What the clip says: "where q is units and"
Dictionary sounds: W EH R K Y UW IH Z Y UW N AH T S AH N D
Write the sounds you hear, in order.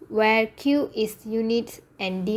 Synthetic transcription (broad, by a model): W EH R K Y UW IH S Y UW N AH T AH N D